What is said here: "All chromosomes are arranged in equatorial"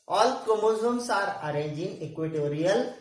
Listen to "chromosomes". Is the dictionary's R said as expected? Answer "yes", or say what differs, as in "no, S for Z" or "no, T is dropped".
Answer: no, R is dropped